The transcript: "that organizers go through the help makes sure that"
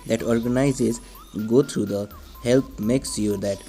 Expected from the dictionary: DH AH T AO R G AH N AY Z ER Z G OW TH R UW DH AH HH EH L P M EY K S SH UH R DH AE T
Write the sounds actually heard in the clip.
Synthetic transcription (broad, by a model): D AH T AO R G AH N AY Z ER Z G OW T R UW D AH HH EH L P M EY K S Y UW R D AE T